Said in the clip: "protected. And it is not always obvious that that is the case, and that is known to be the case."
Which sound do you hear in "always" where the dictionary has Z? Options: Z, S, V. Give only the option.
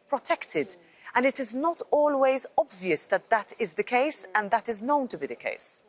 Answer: Z